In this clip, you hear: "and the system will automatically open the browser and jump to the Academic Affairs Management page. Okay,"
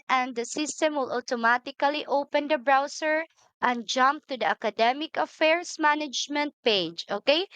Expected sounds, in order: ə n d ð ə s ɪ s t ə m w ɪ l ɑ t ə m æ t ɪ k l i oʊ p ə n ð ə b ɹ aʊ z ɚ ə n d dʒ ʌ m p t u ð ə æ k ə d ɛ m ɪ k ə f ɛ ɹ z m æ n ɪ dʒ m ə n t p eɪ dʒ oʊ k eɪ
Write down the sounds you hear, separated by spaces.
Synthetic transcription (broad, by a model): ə n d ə s ɪ s t ə m w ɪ l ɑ t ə m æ t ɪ k l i oʊ p ə n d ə b ɹ aʊ s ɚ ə n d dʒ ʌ m p t u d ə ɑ k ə d ɛ m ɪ k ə f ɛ ɹ s m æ n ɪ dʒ m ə n t p eɪ dʒ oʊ k eɪ